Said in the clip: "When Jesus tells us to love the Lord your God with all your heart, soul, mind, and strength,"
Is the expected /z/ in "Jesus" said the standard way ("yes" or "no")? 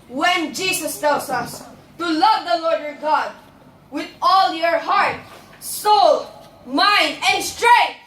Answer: no